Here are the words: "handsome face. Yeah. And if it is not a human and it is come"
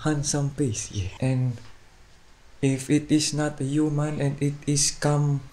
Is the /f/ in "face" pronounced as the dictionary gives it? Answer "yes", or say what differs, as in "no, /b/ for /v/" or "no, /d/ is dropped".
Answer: no, /p/ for /f/